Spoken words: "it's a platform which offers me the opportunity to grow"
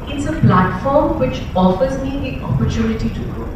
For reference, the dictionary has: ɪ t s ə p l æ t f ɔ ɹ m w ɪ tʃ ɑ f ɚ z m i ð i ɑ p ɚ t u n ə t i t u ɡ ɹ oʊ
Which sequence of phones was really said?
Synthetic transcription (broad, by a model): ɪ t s ə p l æ t f ɔ ɹ m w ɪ tʃ ɑ f ɚ z m i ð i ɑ p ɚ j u n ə t i t u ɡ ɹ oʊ